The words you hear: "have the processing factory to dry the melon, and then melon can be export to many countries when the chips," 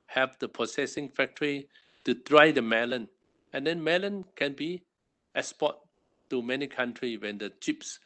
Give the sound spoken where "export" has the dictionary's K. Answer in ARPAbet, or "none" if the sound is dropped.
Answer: none